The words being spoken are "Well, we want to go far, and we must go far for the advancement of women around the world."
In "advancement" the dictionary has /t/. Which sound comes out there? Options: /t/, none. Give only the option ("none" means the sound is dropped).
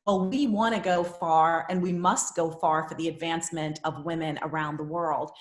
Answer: /t/